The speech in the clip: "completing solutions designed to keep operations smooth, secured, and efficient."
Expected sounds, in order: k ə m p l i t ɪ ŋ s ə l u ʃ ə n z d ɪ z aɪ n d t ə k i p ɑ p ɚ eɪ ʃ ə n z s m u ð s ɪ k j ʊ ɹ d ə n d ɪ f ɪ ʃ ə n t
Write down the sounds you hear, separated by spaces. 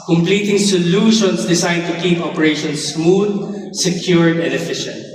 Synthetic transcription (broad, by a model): k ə m p l i t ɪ ŋ s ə l u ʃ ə n s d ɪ s aɪ d t ə k i p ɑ p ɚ eɪ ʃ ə n s m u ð s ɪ k j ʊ ɹ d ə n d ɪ f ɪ ʃ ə n t